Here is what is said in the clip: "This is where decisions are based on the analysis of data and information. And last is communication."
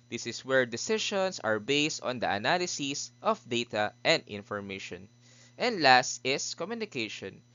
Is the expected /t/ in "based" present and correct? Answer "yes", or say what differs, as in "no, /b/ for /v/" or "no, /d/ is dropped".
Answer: yes